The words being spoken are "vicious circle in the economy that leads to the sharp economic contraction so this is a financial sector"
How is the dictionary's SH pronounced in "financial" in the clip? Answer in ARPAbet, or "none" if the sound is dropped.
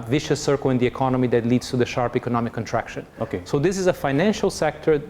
SH